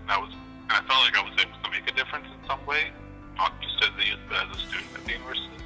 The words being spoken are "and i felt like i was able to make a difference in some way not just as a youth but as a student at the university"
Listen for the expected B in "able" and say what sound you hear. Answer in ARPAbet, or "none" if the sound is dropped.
none